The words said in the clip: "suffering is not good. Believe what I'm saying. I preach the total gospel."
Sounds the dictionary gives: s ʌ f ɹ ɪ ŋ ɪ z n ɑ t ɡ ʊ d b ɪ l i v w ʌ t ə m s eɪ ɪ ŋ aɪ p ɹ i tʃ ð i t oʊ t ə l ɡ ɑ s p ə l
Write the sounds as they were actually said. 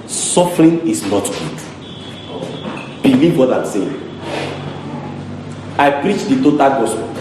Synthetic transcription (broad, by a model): s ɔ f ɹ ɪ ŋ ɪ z n ɑ t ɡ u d b ɪ l i v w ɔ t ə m s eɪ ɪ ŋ aɪ p ɹ i tʃ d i t oʊ t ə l ɡ ɑ s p